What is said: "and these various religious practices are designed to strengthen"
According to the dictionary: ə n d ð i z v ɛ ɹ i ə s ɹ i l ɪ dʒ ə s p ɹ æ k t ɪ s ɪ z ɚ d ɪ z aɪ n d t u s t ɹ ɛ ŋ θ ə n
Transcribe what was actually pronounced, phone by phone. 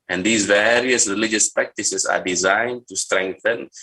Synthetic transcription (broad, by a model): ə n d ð i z v ɛ ɹ i ə s ɹ i l ɪ dʒ ə s p ɹ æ k t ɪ s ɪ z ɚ d ɪ z aɪ n d t u s t ɹ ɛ ŋ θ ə n